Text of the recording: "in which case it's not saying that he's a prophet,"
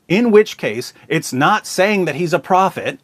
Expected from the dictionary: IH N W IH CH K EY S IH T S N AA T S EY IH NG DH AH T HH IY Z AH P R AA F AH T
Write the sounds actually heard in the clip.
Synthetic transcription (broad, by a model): IH N W IH CH K EY S IH T S N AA T S EY IH NG DH AH T HH IY Z AH P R AA F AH T